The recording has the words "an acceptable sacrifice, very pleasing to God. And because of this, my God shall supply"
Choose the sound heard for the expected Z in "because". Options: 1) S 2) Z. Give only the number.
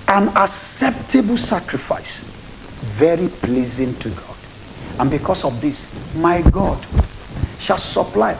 1